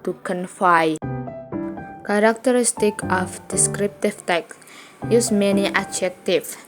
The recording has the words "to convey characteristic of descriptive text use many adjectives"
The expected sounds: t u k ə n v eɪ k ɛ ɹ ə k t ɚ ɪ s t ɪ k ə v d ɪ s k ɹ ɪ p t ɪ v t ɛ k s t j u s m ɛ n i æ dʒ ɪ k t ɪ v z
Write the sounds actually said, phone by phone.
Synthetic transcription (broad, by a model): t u k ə n f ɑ k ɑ ɹ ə k t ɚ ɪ s t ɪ k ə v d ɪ s k ɹ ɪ p t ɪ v t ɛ k s j u s m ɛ n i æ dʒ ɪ k t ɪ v